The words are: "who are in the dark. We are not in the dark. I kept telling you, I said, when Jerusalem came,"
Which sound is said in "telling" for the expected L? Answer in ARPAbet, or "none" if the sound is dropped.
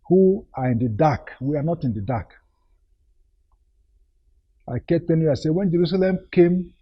N